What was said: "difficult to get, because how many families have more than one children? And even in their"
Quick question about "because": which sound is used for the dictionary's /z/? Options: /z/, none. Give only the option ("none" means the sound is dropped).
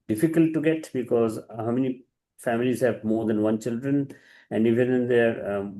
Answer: /z/